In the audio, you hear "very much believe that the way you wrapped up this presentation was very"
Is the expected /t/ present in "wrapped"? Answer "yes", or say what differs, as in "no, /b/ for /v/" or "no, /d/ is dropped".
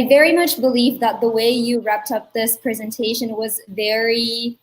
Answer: yes